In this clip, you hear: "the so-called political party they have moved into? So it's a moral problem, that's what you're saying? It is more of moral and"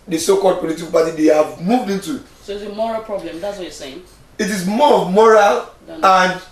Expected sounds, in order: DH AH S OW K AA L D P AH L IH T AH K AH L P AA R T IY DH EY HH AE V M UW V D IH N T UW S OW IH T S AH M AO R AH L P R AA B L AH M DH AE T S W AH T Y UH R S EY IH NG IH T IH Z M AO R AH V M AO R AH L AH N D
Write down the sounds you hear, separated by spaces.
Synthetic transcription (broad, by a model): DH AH S OW K AA L D P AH L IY T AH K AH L P AA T IY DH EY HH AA V M UW V D IH N T UW S OW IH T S AH M AO R AH L P R AA B L AH M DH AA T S W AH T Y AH S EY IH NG IH T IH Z M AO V M AO R AH L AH N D